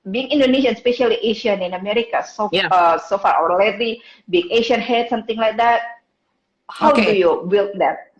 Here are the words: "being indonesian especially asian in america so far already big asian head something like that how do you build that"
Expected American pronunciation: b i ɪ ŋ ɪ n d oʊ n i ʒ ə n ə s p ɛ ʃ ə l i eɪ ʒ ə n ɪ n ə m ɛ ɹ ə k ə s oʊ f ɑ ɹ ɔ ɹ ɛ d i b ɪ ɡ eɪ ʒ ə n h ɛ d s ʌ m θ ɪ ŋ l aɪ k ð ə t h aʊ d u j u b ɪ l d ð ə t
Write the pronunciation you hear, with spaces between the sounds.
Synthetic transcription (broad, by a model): b i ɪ ŋ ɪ n d oʊ n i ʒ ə n s p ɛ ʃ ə l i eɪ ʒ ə n ɪ n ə m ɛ ɹ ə k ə s oʊ f ɑ ɹ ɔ l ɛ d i b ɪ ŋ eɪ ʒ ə n h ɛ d s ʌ m t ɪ ŋ l aɪ k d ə t h aʊ d u j u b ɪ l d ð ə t